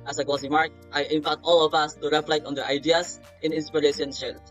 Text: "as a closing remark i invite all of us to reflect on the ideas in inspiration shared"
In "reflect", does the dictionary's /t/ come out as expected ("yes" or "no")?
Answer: yes